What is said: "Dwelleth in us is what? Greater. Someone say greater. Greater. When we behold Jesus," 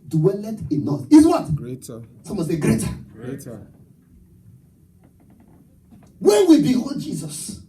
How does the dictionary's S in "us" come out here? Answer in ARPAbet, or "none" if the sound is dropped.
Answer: TH